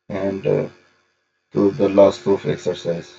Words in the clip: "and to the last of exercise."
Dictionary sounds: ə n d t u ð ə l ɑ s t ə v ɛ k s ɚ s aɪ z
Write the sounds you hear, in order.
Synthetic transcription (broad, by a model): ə n d t u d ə l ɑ s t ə f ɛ k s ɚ s aɪ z